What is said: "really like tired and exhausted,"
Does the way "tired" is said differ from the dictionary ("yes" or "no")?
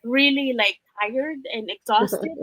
no